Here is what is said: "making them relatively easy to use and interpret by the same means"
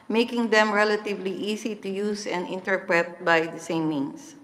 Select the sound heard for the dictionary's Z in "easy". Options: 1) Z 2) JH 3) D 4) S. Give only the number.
4